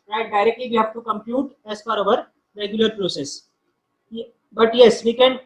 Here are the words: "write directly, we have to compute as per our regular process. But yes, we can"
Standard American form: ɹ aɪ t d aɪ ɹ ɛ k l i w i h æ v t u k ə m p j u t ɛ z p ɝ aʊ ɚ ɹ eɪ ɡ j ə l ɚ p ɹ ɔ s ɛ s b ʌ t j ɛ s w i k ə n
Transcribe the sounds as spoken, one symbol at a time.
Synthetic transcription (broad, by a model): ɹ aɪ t d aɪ ɹ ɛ k l i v i h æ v t u k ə m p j u t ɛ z f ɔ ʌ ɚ ɹ eɪ ɡ j ə l ɚ p ɹ ɔ s ɛ s b ʌ t j ɛ s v i k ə n